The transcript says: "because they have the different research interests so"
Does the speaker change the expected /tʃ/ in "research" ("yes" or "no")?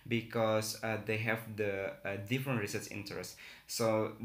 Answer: yes